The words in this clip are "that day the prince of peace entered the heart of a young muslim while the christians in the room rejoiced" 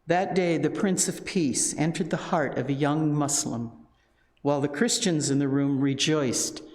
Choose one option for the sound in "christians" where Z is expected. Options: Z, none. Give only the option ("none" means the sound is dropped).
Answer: Z